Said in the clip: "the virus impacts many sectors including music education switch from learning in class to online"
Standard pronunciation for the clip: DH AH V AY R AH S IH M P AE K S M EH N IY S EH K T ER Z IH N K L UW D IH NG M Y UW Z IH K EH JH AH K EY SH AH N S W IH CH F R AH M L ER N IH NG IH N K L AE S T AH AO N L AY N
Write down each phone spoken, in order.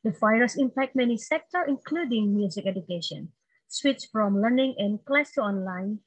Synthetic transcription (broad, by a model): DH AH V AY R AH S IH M P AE K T M EH N IY S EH K T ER IH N K L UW D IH NG M Y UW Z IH K EH JH AH K EY SH AH N S W IH CH F R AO M L ER N IH NG IH N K L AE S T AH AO N L AY N